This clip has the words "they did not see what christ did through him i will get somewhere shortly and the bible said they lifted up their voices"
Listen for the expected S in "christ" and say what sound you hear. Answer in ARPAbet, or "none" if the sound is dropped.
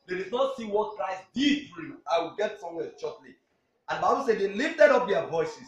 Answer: S